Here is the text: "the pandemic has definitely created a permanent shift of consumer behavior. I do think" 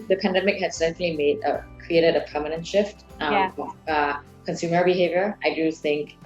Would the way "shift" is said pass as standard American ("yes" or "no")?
yes